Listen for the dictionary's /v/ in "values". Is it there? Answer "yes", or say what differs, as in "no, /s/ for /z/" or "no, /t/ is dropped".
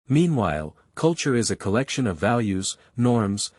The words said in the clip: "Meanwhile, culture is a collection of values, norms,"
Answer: yes